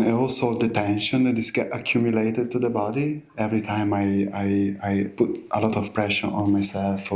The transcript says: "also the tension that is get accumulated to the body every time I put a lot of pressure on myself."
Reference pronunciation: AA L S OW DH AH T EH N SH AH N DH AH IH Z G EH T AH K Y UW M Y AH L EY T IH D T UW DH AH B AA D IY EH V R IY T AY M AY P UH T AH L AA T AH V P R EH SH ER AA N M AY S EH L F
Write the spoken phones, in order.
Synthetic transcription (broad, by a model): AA L S OW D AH T EH N SH AH N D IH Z G EH T AH K Y UW M Y AH L EY T IH D T UW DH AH B AA D IY EH V R IY T AY M AY P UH T AH L AA T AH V P R EH SH ER AA N M AY S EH L F